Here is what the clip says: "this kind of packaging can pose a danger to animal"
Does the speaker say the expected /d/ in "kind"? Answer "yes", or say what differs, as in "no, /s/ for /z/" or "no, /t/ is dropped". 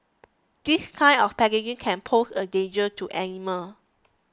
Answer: no, /d/ is dropped